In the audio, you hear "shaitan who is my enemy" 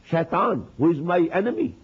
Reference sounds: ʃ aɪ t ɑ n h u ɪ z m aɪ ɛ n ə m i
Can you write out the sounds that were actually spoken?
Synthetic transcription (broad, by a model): ʃ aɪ t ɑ n h u ɪ z m aɪ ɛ n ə m i